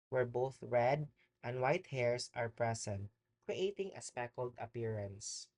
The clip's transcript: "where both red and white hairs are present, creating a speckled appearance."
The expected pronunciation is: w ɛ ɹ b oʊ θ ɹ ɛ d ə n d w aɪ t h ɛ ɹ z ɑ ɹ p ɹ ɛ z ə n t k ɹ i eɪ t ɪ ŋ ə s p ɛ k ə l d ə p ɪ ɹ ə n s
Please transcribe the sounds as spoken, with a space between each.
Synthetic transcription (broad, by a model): w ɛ ɹ b oʊ θ ɹ ɛ d ə n d w aɪ t h ɛ ɹ s ɑ ɹ p ɹ ɛ s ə n t k ɹ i eɪ t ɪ ŋ ə s p ɛ k ə l d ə p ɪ ɹ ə n s